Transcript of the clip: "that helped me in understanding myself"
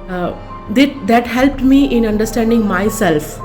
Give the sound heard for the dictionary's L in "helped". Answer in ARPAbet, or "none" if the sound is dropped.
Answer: L